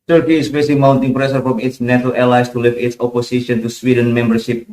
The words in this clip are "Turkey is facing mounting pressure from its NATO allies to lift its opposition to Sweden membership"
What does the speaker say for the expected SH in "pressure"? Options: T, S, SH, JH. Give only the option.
S